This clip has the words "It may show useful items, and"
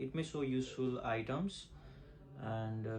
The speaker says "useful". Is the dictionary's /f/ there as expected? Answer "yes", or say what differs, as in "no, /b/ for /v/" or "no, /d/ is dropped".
yes